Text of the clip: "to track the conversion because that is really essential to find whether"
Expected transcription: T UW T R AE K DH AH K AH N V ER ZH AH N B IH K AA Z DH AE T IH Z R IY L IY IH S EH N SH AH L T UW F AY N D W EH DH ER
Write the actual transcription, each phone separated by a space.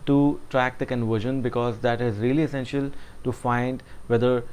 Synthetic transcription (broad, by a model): T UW T R AE K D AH K AH N V ER ZH AH N B IH K AA Z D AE T IH Z R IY L IY IH S EH N SH AH L T UW F AY N D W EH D ER